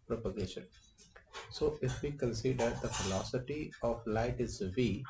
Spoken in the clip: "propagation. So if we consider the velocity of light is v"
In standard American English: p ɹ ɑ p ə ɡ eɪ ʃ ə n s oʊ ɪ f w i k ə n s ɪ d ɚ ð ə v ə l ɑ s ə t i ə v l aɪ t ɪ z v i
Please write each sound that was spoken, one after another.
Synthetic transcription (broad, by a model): p ɹ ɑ p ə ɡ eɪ ʃ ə n s oʊ ɪ f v i k ə n s ɪ d ɚ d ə f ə l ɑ s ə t i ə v l aɪ t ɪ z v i